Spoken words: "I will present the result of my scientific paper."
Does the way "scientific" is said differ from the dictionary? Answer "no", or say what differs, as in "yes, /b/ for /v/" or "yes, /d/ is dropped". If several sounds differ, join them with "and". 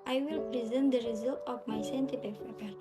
yes, /p/ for /f/